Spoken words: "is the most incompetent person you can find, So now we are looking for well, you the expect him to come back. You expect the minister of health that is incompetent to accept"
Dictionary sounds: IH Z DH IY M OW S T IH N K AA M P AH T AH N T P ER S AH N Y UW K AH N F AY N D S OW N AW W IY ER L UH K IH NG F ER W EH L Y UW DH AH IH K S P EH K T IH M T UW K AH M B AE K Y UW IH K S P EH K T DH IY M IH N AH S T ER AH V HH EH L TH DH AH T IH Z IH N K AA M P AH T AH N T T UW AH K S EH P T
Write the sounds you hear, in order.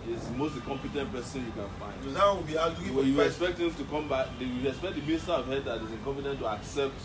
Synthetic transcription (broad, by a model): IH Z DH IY M OW S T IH K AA M P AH T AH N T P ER S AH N Y UW K AH N F AY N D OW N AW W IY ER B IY IH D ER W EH Y UW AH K S P EH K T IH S T UW K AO M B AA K Y UW IH K S P EH K T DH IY M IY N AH S T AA AH V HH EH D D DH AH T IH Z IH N K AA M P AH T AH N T T UW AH K S EH P T